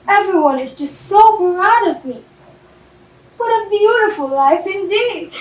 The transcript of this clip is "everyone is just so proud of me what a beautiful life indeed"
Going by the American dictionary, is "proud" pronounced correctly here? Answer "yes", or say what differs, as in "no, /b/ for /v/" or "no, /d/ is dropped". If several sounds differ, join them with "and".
no, /b/ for /p/